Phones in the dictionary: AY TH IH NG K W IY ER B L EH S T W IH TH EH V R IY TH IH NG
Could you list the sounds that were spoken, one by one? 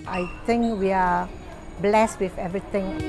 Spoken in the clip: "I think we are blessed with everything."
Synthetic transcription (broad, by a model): AY T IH NG K W IY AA B L EH S T W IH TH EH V R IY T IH NG